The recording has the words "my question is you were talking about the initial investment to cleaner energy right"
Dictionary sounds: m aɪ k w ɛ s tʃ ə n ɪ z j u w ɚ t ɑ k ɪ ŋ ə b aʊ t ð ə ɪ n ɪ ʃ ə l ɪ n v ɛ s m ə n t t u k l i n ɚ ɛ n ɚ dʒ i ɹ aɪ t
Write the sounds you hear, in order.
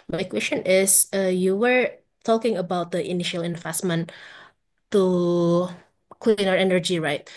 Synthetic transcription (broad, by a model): m aɪ k w ɛ s tʃ ə n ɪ s j u w ɚ t ɑ k ɪ ŋ ə b aʊ t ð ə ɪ n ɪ ʃ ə l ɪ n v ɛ s m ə n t t u k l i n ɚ ɛ n ɚ dʒ i ɹ aɪ t